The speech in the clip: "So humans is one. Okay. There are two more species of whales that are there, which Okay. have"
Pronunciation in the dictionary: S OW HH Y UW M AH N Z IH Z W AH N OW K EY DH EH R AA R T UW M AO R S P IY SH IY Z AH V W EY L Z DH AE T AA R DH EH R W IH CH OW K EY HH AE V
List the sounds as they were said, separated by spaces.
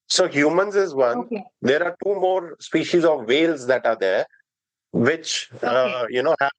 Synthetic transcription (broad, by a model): S OW HH Y UW M AH N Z IH Z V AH N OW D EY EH R AA R T UW M AO R S P IY SH IY Z AH V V EY L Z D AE T AA R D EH R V IH CH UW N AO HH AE